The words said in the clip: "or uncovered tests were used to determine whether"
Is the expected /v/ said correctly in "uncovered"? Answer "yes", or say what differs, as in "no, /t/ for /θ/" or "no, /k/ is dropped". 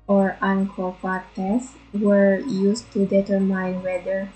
no, /p/ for /v/